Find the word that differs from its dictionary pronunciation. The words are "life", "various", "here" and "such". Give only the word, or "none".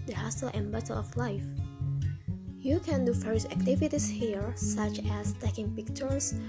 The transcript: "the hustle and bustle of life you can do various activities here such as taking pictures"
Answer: various